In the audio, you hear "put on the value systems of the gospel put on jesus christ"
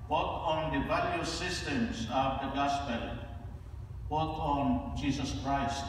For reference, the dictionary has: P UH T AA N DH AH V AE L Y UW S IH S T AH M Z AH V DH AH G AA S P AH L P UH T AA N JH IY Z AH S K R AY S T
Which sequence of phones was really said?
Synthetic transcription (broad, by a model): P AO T AA N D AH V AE L Y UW S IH S T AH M S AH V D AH G AA S P AH L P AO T AA N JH IY S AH S K R AY S T